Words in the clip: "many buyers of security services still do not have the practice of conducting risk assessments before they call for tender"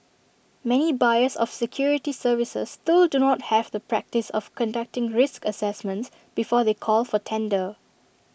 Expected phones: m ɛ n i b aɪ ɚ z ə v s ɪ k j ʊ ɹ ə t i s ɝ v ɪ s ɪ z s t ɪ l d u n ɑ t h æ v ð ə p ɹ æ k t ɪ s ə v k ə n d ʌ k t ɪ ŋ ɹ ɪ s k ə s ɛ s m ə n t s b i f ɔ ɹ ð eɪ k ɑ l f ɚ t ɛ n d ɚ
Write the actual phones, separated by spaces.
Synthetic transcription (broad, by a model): m ɛ n i b aɪ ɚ s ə f s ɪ k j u ɹ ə t i s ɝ v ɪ s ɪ s t ɪ l d u n ɑ t h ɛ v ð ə p ɹ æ k t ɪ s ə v k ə n d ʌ k t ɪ ŋ ɹ ɪ s k ə s ɛ s m ə n t s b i f ɔ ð eɪ k ɑ l f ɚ t ɛ n d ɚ